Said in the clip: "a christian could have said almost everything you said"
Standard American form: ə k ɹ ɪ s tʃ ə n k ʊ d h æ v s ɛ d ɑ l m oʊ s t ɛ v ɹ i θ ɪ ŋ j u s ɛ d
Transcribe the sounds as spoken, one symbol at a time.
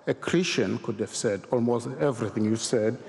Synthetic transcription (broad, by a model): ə k ɹ ɪ s tʃ ə n k ʊ d h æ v s ɛ d ɑ l m oʊ s t ɛ v ɹ i θ ɪ ŋ j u s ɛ d